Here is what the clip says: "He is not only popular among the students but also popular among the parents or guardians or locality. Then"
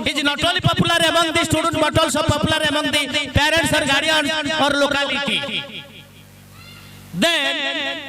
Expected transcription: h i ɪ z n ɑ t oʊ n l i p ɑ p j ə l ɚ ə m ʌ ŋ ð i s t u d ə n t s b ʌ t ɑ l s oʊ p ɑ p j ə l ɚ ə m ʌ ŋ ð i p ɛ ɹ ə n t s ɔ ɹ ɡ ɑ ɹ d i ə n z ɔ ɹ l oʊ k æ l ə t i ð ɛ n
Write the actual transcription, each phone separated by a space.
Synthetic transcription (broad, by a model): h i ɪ n ɑ t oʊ l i p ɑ p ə l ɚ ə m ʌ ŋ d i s t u d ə n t b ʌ t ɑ l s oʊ p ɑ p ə l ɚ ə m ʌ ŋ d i p ɛ ɹ ə n t s ɔ ɹ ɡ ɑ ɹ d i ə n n ɔ ɹ l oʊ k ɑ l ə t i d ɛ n